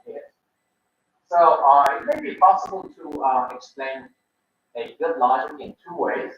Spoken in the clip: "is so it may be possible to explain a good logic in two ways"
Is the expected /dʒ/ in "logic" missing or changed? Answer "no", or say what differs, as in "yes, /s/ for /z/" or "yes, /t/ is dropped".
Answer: yes, /dʒ/ is dropped